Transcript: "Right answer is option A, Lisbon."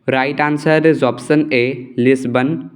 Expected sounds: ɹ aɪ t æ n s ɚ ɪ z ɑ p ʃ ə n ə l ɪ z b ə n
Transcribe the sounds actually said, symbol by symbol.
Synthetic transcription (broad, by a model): ɹ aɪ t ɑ n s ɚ ɪ z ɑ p s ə n ə l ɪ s b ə n